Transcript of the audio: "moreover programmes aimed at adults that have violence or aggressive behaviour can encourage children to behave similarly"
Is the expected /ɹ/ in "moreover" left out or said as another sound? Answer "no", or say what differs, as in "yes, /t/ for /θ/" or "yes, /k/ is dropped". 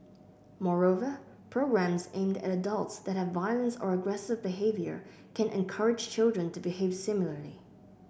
no